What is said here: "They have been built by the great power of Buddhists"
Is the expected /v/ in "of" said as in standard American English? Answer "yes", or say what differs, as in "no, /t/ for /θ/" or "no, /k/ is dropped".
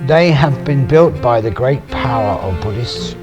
yes